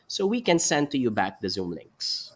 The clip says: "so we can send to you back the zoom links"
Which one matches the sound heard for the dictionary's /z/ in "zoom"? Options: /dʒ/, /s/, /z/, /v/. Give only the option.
/z/